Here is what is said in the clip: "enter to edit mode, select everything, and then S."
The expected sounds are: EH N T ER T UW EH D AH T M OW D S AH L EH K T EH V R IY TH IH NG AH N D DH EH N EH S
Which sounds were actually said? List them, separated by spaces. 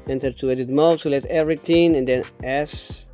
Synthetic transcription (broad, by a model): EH N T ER T UW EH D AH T M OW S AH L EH T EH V R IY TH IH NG AH N D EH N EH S